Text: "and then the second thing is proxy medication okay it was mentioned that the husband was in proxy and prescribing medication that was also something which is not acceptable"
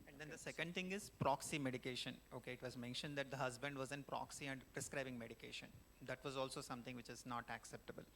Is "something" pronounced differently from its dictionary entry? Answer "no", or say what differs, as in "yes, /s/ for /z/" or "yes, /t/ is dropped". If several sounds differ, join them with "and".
yes, /t/ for /θ/